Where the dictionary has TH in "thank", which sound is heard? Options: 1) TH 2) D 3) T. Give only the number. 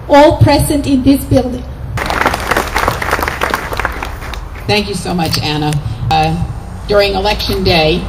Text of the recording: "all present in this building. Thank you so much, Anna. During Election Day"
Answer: 1